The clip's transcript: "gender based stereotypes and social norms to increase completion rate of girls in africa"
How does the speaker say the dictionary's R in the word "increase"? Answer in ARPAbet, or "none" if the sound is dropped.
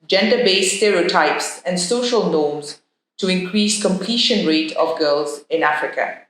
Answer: R